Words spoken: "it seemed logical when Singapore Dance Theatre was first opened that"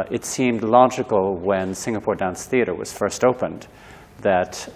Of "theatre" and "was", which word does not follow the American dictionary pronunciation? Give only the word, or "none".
none